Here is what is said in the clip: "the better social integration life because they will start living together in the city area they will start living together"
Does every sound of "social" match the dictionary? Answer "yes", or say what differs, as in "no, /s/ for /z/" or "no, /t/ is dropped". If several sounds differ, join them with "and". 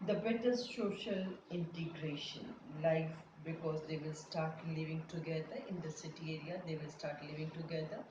yes